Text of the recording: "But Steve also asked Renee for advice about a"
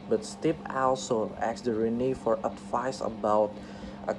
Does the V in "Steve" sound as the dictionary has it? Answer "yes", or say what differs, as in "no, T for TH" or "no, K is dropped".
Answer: no, P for V